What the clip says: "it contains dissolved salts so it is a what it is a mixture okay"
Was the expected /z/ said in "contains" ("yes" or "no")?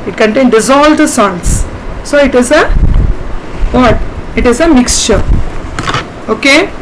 no